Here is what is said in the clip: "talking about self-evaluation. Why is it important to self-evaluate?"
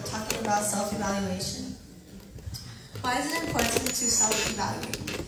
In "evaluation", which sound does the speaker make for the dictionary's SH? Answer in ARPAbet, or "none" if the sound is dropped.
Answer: SH